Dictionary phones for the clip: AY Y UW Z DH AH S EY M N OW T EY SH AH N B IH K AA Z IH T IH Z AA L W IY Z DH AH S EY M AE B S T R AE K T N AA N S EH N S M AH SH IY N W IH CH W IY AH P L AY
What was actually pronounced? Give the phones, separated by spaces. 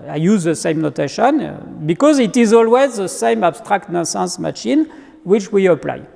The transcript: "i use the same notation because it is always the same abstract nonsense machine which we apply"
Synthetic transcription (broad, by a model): AY Y UW Z DH AH S EY M N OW T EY SH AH N B IH K AA Z IH T IH Z AA L W IY Z DH AH S EY M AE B S T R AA K T N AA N S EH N S M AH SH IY N W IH CH W IY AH P L AY